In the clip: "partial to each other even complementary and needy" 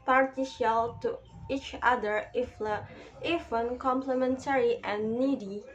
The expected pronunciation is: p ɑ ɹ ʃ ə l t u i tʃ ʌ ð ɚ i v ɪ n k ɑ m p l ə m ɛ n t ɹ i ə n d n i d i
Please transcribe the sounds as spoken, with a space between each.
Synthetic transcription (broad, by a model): p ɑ ɹ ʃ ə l t u i tʃ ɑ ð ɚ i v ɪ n k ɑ m p l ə m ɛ n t ɹ i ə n n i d i